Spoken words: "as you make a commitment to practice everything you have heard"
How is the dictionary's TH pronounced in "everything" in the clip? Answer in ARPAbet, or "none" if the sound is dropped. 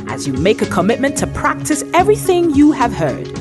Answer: TH